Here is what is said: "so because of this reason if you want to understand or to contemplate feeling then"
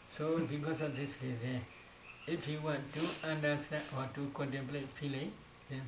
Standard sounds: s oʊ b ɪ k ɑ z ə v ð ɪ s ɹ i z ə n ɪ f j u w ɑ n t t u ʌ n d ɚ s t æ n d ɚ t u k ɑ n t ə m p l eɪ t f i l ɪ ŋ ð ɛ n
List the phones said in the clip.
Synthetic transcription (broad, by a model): s oʊ b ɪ k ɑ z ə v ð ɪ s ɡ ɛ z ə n ɪ f j u w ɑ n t t u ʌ n d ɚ s t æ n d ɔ t u k ɑ n t ə m p l eɪ t f i l ɪ ŋ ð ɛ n